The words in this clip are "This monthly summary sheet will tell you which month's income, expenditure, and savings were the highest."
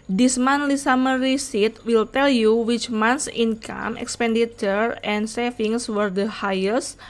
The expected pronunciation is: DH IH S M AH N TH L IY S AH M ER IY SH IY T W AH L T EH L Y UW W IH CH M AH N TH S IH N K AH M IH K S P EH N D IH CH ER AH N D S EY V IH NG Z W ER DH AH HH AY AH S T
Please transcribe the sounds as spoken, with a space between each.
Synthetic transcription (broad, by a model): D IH S M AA N L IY S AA M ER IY S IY T W AH L T EH L Y UW W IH CH M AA N S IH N K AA M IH K S P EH N D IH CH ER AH N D S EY F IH NG S W ER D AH HH AY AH S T